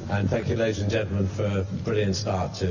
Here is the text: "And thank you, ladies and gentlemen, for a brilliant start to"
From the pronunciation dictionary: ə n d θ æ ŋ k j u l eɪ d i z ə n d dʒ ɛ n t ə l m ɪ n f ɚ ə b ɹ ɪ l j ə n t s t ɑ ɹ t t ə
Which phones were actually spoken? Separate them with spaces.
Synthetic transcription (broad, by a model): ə n θ æ ŋ k j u l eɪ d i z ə n dʒ ɛ n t l m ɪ n f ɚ ə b ɹ ɪ l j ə n t s t ɑ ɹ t t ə